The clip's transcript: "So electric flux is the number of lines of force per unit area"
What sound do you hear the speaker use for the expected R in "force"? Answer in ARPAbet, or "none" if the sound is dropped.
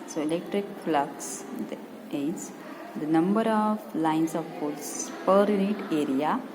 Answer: L